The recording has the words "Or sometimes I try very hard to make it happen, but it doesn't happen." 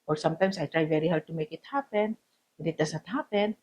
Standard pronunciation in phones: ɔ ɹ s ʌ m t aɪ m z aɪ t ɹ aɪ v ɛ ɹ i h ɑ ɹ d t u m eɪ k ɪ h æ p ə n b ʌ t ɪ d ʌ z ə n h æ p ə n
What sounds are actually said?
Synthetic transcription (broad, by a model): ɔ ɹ s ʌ m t aɪ m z aɪ t ɹ aɪ v ɛ ɹ i h ɑ ɹ d t u m eɪ k ɪ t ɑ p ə n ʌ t ɪ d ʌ s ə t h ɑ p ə n